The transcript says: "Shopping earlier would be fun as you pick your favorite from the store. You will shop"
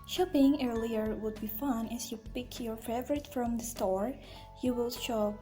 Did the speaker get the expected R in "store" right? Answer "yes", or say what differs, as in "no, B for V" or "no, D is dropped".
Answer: yes